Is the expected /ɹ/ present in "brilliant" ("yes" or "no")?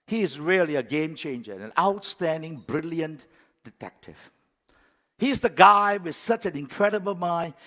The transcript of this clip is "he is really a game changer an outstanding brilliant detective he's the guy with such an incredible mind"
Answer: yes